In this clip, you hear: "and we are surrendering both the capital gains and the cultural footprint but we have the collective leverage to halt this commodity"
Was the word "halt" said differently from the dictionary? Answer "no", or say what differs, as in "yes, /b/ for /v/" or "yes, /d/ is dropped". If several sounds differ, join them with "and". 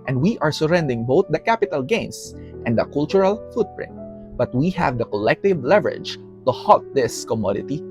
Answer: yes, /l/ is dropped